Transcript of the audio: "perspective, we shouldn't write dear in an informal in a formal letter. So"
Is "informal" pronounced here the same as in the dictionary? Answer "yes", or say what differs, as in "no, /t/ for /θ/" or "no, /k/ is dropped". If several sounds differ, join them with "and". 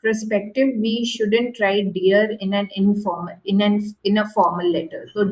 no, /n/ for /l/